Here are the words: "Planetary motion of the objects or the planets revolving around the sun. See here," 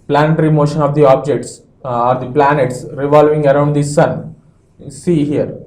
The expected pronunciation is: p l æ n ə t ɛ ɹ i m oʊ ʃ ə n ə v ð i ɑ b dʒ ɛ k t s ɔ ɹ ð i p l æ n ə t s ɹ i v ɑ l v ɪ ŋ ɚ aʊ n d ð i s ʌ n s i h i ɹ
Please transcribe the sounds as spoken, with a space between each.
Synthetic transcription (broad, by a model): p l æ n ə t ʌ ɹ i m oʊ ʃ ə n ə v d i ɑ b dʒ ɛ k t s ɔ ɹ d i p l æ n ə t s ɹ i v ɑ l v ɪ ŋ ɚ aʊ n d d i s ʌ n s i h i ɹ